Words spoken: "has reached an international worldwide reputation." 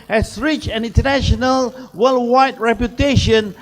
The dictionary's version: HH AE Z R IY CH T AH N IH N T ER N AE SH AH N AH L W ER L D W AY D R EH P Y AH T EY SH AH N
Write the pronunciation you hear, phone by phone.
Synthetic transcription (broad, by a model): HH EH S R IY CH AH N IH N T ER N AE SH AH N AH L W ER L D W AY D R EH P Y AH T EY SH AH N